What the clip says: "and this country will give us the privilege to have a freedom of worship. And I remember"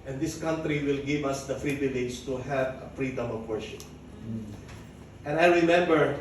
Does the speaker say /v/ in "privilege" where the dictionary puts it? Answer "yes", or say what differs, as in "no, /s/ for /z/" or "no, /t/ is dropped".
no, /b/ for /v/